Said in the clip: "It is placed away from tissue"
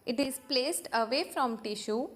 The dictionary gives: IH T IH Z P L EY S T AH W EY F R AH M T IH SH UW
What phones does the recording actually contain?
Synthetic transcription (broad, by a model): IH T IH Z P L EY S T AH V EY F R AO M T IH SH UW